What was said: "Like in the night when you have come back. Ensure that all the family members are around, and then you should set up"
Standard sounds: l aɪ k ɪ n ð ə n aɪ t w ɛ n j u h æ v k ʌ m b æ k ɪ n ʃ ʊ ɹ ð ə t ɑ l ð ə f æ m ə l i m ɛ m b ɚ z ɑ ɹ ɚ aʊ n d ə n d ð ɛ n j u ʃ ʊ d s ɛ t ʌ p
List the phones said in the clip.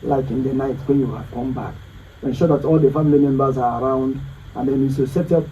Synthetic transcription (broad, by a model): l aɪ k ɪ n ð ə n aɪ t w ɛ n j u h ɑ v k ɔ m b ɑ k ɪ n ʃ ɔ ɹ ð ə t ɑ l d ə f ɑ m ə l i m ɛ m b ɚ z ɑ ɹ aʊ n d ə n d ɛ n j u s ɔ s ɛ t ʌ